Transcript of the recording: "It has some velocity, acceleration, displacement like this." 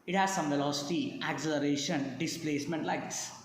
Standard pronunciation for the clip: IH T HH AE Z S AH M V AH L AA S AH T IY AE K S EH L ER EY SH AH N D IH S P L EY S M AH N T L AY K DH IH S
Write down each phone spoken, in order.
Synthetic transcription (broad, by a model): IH T HH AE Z S AH M V AH L AA S AH T IY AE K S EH L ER EY SH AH N D IH S P L EY S M AH N T L AY K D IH S